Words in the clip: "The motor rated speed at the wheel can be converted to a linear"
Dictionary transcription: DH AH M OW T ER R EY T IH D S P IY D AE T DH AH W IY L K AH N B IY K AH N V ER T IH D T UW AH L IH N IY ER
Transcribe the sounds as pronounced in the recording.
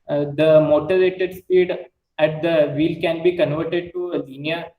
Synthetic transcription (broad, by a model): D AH M OW T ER R EY T IH D S P IY D AE T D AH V IY L K AH N B IY K AH N V ER T IH D T UW AH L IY N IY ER